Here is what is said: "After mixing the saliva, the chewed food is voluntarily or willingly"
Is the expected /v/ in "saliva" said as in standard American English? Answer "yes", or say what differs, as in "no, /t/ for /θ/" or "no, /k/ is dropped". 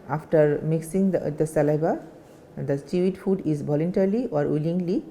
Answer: no, /b/ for /v/